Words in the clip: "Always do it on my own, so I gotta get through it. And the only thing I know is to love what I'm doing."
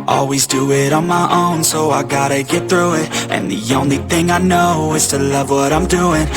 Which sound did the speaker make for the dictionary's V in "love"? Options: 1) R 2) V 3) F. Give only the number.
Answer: 2